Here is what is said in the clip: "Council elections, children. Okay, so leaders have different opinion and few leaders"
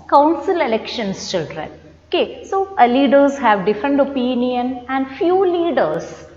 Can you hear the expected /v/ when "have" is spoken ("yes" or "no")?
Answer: yes